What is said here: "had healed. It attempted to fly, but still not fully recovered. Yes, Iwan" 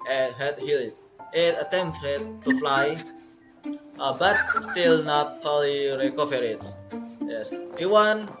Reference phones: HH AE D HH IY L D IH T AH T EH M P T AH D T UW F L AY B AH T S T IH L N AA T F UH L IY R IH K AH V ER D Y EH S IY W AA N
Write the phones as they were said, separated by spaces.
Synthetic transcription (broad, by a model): HH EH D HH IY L IH T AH T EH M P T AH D T UW F L AY B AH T S T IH L N AA T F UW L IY R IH K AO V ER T Y EH S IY W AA N